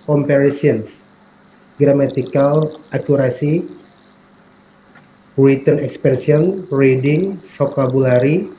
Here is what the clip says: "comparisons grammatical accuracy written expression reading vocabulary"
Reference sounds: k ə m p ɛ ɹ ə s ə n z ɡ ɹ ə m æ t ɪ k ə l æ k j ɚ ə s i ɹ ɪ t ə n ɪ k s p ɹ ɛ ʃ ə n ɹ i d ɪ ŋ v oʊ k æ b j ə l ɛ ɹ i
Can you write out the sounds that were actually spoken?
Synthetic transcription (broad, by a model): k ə m p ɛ ɹ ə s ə n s ɡ ɹ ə m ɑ t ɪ k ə l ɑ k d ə s i w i t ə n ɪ k s p ɹ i ə n ɹ i d ɪ ŋ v oʊ k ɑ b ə l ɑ ɹ i